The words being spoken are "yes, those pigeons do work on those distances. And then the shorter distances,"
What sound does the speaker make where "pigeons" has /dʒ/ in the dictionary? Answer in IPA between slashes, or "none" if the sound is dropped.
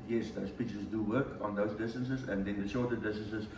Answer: /tʃ/